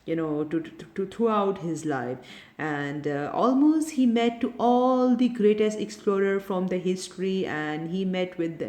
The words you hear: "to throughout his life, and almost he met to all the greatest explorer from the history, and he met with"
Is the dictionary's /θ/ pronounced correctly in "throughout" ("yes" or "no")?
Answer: no